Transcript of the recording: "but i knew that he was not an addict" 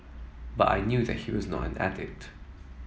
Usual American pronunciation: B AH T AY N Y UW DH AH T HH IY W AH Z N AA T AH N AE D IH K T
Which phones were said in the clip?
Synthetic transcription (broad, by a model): B AH T AY N Y UW DH AH T HH IY W AH Z N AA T AH N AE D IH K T